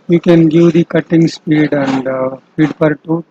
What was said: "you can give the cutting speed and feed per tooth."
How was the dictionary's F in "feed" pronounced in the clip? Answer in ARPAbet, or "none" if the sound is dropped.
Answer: P